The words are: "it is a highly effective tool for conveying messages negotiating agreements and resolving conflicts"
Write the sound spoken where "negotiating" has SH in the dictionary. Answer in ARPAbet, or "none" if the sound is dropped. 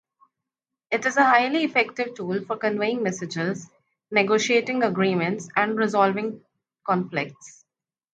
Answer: SH